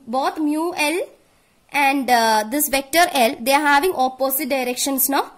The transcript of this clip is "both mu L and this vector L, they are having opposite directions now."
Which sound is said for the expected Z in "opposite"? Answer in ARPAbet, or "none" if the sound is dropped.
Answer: S